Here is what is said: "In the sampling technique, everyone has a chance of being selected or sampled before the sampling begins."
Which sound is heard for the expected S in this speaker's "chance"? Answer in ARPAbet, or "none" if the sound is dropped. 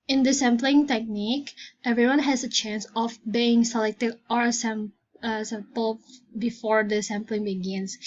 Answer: S